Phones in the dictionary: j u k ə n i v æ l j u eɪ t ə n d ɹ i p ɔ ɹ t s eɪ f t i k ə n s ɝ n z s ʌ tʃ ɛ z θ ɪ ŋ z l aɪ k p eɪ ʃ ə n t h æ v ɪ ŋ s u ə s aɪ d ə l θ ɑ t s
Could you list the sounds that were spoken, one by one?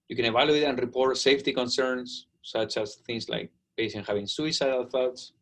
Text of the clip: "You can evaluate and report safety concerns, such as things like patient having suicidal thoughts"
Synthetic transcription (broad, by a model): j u k ə n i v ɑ l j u eɪ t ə n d ɹ i p ɔ ɹ t s eɪ f t i k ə n s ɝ n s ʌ tʃ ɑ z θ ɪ ŋ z l aɪ k b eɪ s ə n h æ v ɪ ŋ s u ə s aɪ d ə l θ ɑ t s